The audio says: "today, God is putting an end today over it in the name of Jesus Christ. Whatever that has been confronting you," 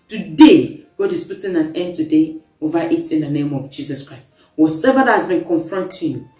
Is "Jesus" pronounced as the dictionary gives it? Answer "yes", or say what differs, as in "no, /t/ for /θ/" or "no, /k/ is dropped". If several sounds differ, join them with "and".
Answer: no, /s/ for /z/